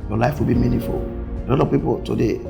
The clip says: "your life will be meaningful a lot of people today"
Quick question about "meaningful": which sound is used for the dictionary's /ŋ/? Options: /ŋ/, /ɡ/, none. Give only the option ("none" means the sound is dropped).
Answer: none